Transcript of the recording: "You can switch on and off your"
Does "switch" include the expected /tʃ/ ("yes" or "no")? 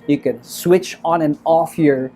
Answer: yes